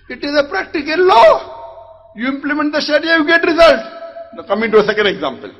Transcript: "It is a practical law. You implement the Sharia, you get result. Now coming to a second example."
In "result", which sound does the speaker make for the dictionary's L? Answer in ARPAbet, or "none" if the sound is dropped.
L